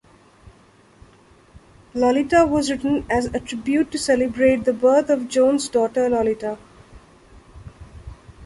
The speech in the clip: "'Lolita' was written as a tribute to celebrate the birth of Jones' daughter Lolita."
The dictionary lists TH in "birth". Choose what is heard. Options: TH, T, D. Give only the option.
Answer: T